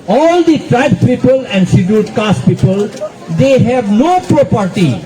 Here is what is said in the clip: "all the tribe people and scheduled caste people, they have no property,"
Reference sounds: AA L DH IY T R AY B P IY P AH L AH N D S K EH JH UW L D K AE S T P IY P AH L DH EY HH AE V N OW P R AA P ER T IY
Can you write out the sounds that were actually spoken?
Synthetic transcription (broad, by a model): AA L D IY T R AY B P IY P AH L AH N D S IY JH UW D K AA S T P IY P AH L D EY HH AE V N OW P R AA P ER T IY